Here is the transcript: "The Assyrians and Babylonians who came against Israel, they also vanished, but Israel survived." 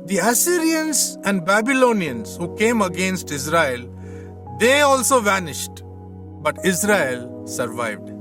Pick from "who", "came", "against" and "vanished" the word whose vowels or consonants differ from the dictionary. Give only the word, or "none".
none